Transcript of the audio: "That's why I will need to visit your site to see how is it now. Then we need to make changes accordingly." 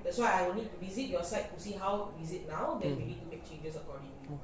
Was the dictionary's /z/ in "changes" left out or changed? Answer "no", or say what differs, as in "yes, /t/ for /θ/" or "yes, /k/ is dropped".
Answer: yes, /s/ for /z/